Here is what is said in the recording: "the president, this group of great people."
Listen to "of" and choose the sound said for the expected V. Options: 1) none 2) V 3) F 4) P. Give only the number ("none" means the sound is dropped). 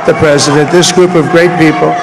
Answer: 2